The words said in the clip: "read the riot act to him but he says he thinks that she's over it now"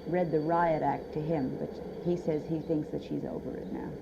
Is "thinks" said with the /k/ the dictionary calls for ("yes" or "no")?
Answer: yes